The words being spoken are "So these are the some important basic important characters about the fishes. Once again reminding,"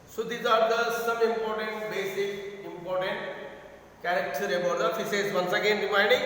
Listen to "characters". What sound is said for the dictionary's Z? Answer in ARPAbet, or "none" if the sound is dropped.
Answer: none